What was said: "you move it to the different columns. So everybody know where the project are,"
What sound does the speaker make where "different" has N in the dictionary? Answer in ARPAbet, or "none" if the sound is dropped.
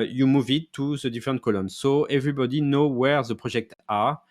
none